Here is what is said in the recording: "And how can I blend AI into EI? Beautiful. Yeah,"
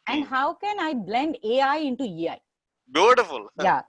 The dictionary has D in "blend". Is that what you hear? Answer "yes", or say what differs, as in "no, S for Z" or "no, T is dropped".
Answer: yes